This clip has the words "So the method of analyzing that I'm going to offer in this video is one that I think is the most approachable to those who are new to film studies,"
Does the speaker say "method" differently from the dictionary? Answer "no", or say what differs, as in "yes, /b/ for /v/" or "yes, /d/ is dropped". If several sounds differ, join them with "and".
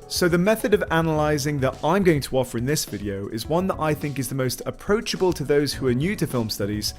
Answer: no